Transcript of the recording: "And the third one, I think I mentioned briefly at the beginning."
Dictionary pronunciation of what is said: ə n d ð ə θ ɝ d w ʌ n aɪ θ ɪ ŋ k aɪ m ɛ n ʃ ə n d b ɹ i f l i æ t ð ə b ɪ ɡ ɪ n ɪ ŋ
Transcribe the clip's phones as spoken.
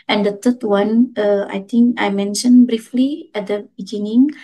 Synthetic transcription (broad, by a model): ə n d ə t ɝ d w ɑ n aɪ t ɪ ŋ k aɪ m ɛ n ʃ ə n b ɹ i f l i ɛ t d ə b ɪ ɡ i n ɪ ŋ